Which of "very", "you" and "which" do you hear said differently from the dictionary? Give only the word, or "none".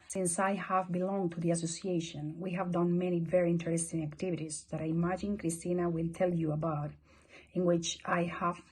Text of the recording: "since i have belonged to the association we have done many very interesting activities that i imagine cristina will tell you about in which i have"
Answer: none